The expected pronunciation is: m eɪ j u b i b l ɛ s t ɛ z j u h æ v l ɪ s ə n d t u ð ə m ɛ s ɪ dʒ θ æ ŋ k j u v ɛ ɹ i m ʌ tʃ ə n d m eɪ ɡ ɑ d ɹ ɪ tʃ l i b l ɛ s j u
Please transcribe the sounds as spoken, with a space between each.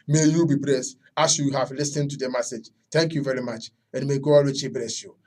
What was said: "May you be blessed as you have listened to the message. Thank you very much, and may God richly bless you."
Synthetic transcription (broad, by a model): m eɪ j u b i b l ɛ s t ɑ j j u h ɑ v l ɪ s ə n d t u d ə m ɛ s ɪ dʒ t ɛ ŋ k j u v ɛ ɹ i m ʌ tʃ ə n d m eɪ ɡ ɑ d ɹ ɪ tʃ i b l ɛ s j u